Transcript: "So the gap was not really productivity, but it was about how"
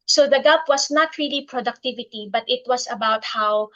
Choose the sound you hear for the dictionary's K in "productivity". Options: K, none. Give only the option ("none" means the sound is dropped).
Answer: K